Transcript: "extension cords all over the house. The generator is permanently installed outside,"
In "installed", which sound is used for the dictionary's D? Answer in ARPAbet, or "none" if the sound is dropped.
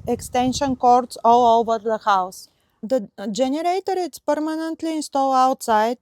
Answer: none